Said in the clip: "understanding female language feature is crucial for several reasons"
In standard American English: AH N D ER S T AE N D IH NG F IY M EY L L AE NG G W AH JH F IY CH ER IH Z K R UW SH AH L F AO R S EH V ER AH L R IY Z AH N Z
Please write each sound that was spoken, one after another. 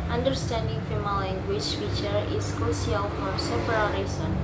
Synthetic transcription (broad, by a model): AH N D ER S T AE N D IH NG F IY M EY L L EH NG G W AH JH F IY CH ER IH S K R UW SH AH L F AO R S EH P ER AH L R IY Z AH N